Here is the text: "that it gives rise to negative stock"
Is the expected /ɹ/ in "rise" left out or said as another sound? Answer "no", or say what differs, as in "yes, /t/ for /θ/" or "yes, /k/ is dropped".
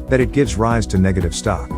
no